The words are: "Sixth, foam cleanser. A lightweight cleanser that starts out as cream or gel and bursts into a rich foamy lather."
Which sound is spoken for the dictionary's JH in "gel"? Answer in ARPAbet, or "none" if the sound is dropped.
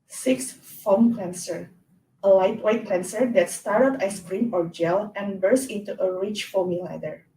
JH